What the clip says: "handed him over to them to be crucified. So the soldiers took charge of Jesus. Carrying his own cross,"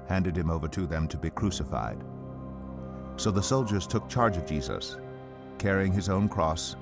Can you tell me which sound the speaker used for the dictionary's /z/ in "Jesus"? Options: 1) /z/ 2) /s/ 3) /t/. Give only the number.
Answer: 1